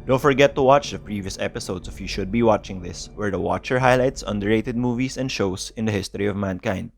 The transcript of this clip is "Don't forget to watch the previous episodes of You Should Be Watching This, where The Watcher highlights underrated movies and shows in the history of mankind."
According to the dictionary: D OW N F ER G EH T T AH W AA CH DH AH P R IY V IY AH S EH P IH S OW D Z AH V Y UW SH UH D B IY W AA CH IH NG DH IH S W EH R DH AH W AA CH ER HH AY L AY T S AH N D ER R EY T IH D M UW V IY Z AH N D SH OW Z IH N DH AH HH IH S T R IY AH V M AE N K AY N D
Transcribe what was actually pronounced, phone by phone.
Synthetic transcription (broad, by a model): D OW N F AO G EH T T AH W AA CH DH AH P R IY V IY AH S EH P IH S OW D S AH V Y UW SH UH D B IY W AA CH IH NG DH IH S W EH R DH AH W AA CH ER HH AY L AY T S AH N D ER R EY T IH D M UW V IY S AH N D SH OW S IH N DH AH HH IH S T R IY AH V M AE N K AY N D